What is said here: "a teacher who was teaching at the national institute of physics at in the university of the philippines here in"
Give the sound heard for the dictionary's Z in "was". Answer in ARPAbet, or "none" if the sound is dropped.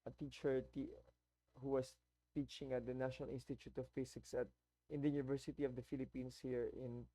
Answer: S